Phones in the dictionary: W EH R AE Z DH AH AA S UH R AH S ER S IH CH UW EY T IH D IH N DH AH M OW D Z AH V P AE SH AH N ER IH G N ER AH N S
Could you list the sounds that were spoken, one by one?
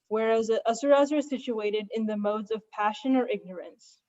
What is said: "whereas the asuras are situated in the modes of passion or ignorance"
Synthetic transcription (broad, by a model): W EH R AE Z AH S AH R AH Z ER S IH CH UW EY T IH D IH N DH AH M OW D Z AH V P AE SH AH N ER IH G N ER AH N S